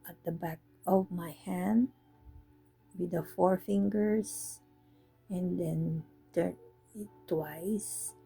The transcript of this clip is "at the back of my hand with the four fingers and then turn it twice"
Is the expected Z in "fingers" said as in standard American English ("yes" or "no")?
no